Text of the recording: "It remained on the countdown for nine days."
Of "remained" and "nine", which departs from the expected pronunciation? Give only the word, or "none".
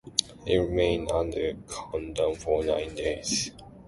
remained